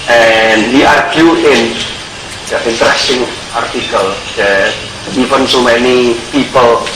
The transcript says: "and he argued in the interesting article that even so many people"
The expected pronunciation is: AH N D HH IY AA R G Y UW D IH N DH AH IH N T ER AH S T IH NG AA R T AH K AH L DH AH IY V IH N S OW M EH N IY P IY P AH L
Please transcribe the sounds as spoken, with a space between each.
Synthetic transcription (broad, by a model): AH N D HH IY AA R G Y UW IH N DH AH IH N T ER AH S T IH NG AA R T AH K AH L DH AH IY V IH N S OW M EH N IY P IY P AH L